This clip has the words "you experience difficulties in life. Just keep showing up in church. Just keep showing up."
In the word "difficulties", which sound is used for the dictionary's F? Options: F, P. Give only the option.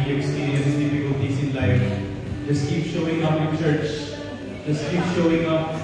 P